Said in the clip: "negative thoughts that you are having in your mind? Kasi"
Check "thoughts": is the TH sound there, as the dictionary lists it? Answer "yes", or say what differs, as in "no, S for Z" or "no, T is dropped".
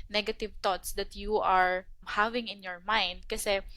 no, T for TH